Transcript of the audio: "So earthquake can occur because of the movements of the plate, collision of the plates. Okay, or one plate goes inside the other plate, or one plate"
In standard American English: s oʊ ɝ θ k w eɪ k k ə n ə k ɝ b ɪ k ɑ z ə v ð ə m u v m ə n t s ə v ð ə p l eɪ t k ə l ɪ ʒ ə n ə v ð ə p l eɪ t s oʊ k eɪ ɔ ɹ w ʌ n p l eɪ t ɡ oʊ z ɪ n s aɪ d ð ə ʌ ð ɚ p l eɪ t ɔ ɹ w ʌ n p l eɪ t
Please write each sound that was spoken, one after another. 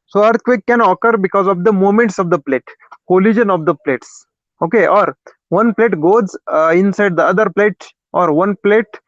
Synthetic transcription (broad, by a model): s oʊ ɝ t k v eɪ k k ə n ə k ɝ b ɪ k ɑ z ə v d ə m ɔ m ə n t s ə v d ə p l eɪ t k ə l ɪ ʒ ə n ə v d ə p l eɪ t s oʊ k eɪ ɔ ɹ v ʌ n p l eɪ t ɡ oʊ z ɪ n s aɪ d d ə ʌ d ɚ p l eɪ t ɔ ɹ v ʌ n p l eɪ t